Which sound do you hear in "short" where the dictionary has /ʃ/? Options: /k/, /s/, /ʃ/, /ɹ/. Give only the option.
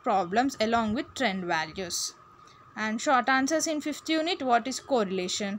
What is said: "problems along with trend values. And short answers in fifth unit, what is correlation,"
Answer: /ʃ/